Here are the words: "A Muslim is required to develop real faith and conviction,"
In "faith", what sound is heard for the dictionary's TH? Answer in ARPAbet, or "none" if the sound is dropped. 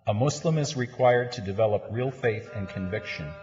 TH